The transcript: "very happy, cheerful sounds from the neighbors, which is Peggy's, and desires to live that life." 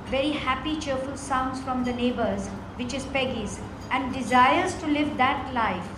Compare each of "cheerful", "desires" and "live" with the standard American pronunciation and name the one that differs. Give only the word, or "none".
none